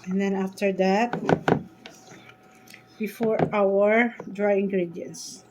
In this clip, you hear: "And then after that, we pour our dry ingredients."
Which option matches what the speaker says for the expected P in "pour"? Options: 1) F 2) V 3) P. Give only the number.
1